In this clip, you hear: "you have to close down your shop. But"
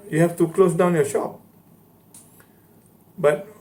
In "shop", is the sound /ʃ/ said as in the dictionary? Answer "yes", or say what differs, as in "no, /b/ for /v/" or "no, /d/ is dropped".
yes